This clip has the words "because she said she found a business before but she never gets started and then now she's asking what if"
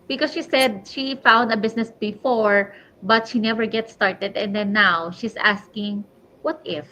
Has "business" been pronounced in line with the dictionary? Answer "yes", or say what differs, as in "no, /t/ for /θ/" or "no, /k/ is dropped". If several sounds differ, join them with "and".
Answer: no, /s/ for /z/